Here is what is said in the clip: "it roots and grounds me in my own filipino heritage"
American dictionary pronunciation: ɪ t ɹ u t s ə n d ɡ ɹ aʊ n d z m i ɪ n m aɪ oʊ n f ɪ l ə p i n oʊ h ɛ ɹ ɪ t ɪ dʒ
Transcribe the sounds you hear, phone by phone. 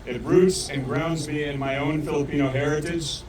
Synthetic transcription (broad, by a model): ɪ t ɹ u t s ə n ɡ ɹ aʊ n d z m i ɪ n m aɪ oʊ n f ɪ l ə p i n oʊ h ɛ ɹ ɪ t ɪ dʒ